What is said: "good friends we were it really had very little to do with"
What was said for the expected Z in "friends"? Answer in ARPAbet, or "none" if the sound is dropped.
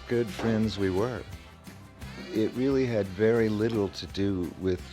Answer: Z